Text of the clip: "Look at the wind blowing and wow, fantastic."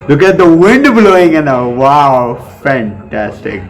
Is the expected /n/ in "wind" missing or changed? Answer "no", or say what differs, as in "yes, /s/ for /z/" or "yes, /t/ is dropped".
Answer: no